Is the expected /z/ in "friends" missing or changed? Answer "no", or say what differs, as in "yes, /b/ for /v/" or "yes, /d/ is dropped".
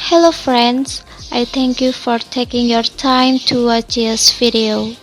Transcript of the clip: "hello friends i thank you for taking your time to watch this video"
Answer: yes, /s/ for /z/